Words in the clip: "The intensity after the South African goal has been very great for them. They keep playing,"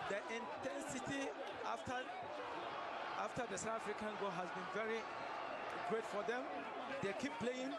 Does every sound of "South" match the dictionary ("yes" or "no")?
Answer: no